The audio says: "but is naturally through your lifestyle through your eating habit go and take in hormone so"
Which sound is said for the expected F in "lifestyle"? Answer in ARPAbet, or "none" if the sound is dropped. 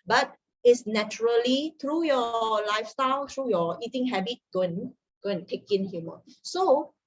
F